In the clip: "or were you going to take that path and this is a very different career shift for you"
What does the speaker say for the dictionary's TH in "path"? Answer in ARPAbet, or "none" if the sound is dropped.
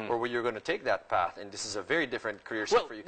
TH